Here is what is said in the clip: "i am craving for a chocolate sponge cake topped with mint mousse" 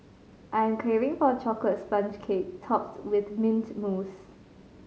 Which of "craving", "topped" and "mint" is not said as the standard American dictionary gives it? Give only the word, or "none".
craving